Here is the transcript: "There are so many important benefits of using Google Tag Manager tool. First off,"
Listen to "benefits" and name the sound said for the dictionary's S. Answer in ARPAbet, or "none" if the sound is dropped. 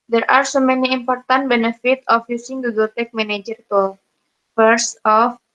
none